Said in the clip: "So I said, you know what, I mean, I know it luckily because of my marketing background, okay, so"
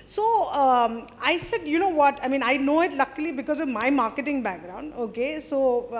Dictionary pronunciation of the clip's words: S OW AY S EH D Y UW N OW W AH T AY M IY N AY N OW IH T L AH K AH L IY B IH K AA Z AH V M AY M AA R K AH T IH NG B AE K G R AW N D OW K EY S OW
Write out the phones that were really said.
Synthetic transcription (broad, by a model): S OW AY S EH D Y UW N OW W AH T AY M IY N AY N OW IH T L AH K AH L IY B IH K AA Z AH V M AY M AA R K AH T IH NG B AE K G R AW N D OW K EY S OW